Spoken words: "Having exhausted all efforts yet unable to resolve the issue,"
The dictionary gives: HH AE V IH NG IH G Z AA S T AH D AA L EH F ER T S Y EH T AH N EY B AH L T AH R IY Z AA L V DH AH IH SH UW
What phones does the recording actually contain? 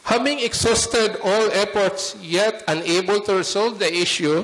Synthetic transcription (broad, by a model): HH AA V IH NG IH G S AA S T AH D AA L EH P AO T S Y EH T AH N EY B AH L T AH R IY S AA L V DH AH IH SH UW